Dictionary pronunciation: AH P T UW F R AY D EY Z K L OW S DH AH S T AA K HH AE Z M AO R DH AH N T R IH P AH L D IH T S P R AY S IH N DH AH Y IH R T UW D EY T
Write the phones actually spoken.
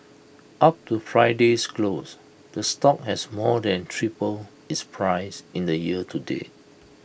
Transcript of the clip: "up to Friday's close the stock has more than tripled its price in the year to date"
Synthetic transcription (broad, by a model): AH P T UW F R AY D EY S K L OW S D AH S T AA K HH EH S M AO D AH N T R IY P AH L IH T S P R AY S IH N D AH Y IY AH T UW D EY